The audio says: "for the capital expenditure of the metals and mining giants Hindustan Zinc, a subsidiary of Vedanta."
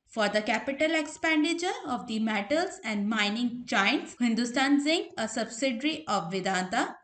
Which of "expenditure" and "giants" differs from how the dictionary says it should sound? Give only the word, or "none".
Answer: giants